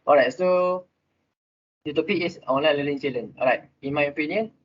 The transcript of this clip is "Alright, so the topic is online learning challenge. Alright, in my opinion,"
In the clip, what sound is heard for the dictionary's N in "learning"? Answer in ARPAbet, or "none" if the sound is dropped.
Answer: L